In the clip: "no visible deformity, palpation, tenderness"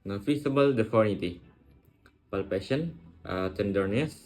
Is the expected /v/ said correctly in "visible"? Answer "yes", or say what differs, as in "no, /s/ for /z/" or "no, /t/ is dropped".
no, /f/ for /v/